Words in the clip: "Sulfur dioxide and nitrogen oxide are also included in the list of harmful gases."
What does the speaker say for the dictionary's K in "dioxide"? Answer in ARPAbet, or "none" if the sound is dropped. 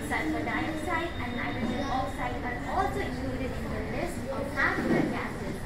none